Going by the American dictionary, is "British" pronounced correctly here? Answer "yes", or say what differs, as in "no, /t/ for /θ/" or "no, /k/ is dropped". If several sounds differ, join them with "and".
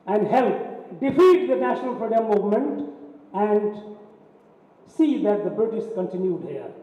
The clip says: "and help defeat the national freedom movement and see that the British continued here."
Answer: no, /s/ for /ʃ/